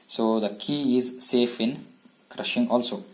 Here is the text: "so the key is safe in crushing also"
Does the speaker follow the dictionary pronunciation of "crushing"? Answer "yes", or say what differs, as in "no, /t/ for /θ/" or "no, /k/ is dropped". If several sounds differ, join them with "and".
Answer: yes